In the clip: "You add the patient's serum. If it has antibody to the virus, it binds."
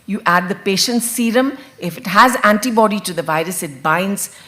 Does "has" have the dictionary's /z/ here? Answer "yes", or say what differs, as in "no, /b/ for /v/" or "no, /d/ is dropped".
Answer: yes